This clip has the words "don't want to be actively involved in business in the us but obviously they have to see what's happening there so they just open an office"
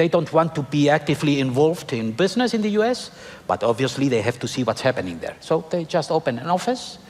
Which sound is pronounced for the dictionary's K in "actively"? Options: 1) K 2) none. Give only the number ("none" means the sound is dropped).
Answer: 1